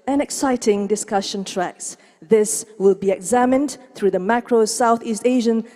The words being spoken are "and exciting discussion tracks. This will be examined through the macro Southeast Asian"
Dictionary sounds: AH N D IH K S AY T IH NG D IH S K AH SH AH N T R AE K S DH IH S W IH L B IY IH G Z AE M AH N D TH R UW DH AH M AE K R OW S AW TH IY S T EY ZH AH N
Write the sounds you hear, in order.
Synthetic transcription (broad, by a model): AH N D IH K S AY T IH NG D IH S K AH SH AH N T R AE K S DH IH S W IH L B IY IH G Z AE M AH N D TH R UW DH AH M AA K R OW S AW TH IY S T EY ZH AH N